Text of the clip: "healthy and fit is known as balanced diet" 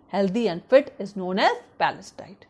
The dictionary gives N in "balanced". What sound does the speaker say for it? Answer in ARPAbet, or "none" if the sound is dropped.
none